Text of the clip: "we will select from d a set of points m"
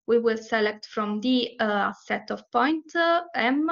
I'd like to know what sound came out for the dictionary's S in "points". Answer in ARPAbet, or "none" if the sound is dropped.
none